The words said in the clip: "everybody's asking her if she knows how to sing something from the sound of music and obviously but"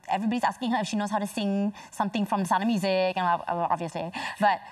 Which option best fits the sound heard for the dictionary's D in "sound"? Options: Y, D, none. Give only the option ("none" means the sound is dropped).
none